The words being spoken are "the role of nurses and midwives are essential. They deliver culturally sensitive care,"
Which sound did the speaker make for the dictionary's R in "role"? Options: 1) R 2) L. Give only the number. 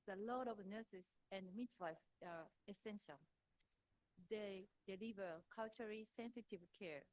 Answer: 2